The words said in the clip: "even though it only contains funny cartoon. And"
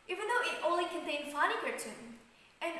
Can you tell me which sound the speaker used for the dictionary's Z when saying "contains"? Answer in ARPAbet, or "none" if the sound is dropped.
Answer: none